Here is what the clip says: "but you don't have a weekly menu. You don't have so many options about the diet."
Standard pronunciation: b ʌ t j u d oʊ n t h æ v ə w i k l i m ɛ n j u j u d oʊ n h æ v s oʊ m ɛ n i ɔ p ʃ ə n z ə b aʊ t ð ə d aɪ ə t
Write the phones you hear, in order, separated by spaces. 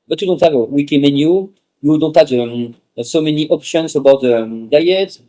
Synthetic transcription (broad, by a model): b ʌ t j u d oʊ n t h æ v ə w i k i m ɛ n j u j u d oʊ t h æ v s oʊ m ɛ n i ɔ p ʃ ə n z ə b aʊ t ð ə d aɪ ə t